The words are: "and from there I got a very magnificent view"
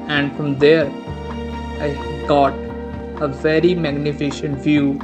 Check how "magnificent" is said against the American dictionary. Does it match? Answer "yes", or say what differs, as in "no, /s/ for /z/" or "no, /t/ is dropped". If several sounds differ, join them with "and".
no, /ʃ/ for /s/